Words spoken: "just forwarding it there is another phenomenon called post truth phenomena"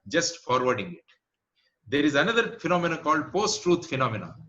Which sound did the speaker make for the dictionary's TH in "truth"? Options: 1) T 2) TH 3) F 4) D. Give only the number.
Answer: 1